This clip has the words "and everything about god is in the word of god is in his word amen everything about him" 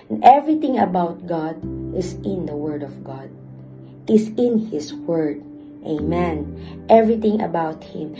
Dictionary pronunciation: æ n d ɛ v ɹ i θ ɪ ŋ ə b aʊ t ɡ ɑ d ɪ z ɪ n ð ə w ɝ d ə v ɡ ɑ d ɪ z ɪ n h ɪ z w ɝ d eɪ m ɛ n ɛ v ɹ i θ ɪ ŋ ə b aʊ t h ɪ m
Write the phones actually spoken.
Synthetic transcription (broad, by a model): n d ɛ v ɹ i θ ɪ ŋ ə b aʊ t ɡ ɑ d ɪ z ɪ n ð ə w ɝ d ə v ɡ ɑ d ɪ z ɪ n h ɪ s w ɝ d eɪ m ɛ n ɛ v ɹ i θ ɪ ŋ ə b aʊ t h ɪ m